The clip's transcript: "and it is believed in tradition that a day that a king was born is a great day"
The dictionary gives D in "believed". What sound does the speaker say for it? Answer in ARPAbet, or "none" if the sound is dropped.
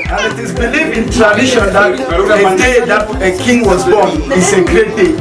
none